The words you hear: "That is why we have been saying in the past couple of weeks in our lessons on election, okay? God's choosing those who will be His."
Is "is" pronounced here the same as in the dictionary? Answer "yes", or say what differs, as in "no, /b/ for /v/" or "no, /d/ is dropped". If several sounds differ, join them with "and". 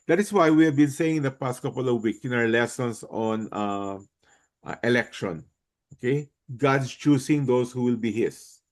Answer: no, /s/ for /z/